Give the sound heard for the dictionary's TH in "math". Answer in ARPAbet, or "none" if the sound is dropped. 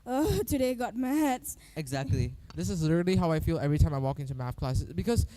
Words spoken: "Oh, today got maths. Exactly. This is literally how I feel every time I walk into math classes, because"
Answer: F